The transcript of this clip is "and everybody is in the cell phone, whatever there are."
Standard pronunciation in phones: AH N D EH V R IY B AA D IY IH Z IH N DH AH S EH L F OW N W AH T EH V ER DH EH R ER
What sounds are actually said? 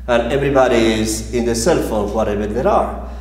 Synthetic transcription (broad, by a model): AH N EH V R IY B AA D IY IH Z IH N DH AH S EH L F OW L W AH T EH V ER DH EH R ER